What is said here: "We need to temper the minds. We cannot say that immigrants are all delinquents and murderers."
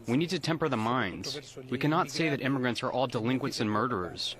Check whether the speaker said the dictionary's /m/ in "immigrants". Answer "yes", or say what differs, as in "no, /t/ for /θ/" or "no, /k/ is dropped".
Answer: yes